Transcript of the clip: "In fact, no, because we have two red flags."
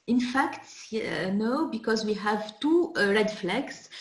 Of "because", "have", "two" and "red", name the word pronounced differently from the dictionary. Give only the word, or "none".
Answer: none